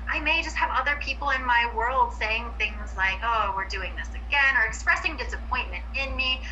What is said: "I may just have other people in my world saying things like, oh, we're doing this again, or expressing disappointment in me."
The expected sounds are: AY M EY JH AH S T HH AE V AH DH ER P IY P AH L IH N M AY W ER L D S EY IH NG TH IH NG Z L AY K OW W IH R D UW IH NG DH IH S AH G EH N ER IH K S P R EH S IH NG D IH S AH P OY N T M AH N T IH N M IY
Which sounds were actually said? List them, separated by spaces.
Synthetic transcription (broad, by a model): AY M EY JH AH S T HH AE V AH DH ER P IY P L IH N M AY W ER L D S EY IH NG TH IH NG Z L AY K OW W IH R D UW IH NG DH IH S AH G EH N ER IH K S P R EH S IH NG D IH S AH P OY N M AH N T IH N M IY